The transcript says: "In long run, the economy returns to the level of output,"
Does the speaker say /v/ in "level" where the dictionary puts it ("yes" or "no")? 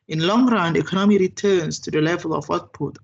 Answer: yes